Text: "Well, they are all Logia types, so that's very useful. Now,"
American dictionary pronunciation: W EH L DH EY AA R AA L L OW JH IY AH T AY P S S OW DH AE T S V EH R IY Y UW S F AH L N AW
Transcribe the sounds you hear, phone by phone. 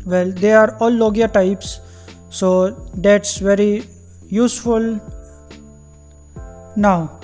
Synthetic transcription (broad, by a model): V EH L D EY AA R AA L L OW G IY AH T AY P S S OW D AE T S V EH R IY Y UW S F AH L N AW